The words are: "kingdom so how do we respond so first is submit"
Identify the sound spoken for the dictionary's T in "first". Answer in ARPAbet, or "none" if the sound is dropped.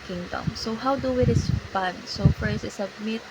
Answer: none